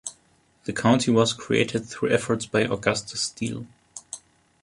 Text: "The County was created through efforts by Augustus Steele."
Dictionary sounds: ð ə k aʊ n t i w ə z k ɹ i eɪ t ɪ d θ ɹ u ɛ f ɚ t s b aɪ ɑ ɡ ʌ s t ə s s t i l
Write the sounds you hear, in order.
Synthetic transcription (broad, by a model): ð ə k aʊ n t i w ə z k ɹ i eɪ t ɪ d θ ɹ u ɛ f ɚ t s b aɪ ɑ ɡ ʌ s t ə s s t i l